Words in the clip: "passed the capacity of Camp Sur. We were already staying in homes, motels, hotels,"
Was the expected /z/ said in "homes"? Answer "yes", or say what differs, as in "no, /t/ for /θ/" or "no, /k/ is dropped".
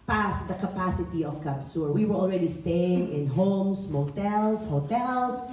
no, /s/ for /z/